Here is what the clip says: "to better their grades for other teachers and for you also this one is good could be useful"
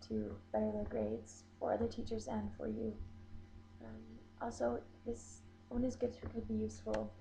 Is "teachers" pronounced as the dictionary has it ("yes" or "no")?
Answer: yes